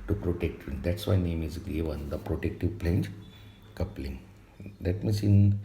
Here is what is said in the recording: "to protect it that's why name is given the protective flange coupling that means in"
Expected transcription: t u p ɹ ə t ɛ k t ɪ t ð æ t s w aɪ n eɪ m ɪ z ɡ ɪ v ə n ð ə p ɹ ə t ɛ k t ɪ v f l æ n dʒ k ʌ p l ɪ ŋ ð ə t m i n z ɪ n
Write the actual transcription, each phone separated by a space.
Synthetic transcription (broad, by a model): t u p ɹ ə t ɛ k t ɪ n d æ t s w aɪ n eɪ m ɪ z ɡ ɪ v ə n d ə p ɹ ə t ɛ k t ɪ v p l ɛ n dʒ k ʌ p l ɪ ŋ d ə t m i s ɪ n